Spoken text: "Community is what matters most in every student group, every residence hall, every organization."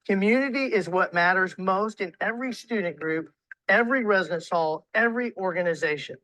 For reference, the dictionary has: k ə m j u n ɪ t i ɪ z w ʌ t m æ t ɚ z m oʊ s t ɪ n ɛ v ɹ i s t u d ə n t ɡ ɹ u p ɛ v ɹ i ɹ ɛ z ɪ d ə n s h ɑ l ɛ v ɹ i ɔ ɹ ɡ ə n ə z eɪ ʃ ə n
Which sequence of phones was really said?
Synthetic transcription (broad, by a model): k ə m j u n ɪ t i ɪ z w ʌ t m æ t ɚ z m oʊ s t ɪ n ɛ v ɹ i s t u d n ɡ ɹ u p ɛ v ɹ i ɹ ɛ z ɪ d ə n s h ɑ l ɛ v ɹ i ɔ ɹ ɡ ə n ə z eɪ ʃ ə n